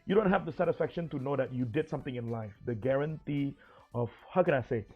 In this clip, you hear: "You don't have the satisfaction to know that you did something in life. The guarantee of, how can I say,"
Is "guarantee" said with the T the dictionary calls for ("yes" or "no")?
yes